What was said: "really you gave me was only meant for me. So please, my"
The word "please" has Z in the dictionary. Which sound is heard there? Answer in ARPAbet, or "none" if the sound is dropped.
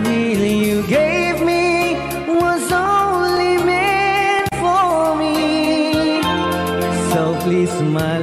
S